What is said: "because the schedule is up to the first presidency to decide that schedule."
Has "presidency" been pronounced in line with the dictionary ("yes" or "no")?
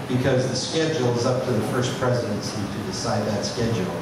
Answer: yes